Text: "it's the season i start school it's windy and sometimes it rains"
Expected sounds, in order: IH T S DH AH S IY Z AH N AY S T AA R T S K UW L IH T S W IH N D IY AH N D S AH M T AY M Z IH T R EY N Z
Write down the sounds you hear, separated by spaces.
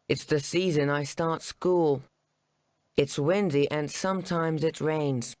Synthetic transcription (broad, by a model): IH T S DH AH S IY Z AH N AY S T AA R T S K UW L IH T S W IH N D IY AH N S AH M T AY M Z IH T R EY N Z